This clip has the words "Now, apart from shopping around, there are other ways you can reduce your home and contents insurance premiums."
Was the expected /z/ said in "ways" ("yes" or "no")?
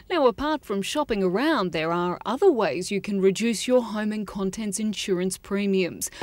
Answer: yes